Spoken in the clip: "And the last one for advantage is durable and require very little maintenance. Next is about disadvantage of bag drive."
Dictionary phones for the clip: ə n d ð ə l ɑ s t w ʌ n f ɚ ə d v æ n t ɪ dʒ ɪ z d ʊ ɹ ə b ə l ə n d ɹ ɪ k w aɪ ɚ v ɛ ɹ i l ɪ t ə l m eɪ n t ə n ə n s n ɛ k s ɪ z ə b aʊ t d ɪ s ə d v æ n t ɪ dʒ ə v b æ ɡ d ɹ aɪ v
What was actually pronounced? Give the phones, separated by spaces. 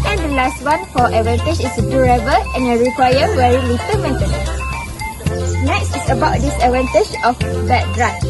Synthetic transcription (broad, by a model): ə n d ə l ɑ s t w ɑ n f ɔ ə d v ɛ n t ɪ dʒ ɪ s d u ɹ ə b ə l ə n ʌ ɹ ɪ k w aɪ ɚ w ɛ ɹ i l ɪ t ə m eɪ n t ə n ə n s n ɛ k s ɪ s ə b aʊ t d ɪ s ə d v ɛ n t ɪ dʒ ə f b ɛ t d ɹ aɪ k